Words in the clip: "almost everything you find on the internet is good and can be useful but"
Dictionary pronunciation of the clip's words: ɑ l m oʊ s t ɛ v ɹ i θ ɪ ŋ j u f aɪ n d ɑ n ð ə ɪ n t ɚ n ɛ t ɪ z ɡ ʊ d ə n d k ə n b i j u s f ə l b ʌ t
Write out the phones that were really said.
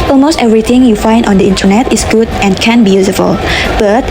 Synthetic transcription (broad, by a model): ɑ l m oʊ s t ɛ v ɹ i t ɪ ŋ j u f aɪ n d ɑ n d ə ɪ n t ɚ n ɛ t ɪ s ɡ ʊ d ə n k ə n b i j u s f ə l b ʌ t